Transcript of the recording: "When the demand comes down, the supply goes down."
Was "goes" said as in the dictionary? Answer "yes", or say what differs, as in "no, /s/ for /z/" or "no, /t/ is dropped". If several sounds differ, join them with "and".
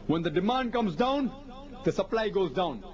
yes